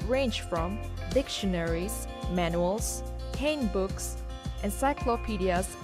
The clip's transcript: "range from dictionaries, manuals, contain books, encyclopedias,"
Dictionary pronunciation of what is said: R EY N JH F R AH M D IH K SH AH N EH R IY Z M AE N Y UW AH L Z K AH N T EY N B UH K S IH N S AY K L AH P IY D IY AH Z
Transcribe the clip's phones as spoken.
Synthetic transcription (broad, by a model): R EY N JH F R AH M D IH K SH AH N EH R IY Z M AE N Y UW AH L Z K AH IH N B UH K S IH N S AY K L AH P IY D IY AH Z